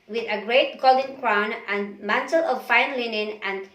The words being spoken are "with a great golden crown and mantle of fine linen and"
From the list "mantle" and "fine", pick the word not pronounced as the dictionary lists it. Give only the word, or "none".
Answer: none